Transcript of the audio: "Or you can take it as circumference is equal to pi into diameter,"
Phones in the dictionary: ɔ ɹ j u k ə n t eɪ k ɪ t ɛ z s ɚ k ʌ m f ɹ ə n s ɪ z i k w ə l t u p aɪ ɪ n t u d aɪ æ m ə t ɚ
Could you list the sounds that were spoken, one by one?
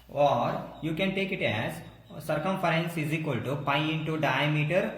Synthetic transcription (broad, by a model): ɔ ɹ j u k ə n t eɪ k ɪ t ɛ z s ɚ k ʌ m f ɹ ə n s ɪ z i k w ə l t u p aɪ ɪ n t u d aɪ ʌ m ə t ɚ